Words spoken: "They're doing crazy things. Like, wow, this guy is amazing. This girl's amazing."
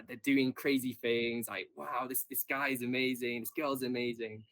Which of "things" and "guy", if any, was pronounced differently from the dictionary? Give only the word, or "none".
none